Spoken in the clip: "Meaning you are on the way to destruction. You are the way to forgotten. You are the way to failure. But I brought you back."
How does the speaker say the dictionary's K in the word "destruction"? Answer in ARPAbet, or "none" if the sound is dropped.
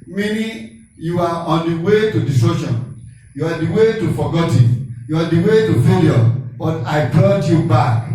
none